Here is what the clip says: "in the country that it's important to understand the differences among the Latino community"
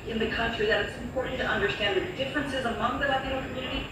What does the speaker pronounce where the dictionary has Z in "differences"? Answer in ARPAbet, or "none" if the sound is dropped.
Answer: Z